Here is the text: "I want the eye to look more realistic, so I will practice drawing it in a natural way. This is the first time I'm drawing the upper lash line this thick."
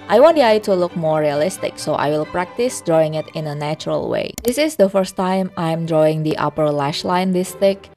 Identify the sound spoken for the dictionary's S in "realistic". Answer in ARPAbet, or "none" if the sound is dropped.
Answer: S